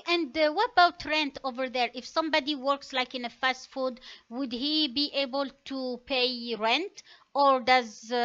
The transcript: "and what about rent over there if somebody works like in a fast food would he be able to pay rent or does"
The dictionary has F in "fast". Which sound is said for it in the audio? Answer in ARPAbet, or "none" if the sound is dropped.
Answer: F